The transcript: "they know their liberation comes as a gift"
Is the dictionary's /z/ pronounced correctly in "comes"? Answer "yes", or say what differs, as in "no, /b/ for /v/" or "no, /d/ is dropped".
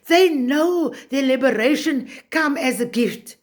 no, /z/ is dropped